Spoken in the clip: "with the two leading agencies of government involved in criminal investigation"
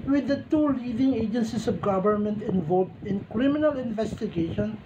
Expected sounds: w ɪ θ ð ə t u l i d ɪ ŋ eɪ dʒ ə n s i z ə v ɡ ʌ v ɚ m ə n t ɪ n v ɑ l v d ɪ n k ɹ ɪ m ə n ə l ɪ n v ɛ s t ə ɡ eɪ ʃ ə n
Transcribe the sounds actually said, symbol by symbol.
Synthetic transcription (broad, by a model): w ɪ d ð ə t u l i d ɪ ŋ eɪ dʒ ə n s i s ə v ɡ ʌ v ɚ m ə n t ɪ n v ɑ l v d ɪ n k ɹ ɪ m ə n ə l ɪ n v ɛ s t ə ɡ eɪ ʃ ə n